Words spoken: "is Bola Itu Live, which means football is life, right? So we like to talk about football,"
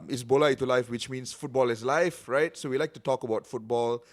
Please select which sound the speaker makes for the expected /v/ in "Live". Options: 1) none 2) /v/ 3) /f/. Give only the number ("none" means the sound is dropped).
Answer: 3